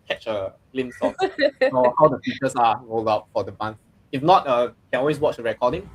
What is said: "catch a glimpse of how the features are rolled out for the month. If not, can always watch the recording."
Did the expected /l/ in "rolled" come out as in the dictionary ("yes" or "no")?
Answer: yes